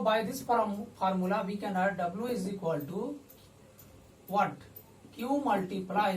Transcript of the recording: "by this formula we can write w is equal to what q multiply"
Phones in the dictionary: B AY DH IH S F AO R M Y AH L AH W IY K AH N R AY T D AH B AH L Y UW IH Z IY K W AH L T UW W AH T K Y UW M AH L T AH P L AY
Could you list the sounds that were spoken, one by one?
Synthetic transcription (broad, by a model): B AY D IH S P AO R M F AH L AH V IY K AH N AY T D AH B L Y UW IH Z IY K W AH L T UW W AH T K Y UW M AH L T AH P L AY